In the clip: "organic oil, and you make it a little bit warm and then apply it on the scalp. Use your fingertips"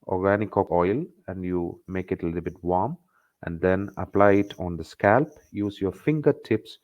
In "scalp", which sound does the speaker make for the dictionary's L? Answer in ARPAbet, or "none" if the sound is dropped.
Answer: L